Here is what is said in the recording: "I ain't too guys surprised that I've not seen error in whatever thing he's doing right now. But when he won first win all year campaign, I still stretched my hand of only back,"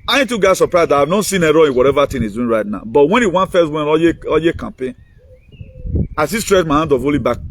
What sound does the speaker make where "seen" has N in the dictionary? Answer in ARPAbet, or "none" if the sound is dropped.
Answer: N